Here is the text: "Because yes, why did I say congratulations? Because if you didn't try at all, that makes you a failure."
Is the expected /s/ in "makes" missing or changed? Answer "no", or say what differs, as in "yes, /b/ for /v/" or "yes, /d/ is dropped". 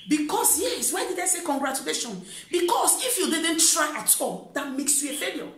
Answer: no